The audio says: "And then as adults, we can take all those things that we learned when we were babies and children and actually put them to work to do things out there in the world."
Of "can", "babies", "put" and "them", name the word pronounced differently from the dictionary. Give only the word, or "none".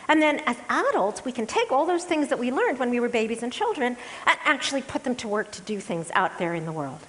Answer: none